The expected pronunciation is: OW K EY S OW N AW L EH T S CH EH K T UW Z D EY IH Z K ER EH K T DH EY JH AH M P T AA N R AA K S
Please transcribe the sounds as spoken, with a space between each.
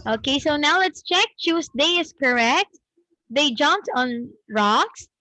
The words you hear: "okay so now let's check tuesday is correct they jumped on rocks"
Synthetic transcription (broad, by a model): OW K EY S OW N AW L EH T S CH EH K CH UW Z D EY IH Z K ER EH K T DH EY JH AH M P T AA N R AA K S